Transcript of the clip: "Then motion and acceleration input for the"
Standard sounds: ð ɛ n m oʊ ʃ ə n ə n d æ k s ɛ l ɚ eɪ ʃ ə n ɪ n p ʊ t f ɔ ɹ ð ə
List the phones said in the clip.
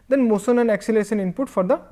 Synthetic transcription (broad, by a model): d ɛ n m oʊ s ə n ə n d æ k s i l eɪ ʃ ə n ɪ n p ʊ t f ɔ ɹ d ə